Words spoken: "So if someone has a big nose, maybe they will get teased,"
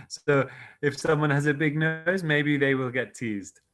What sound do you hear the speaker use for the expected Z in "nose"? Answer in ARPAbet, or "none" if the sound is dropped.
Z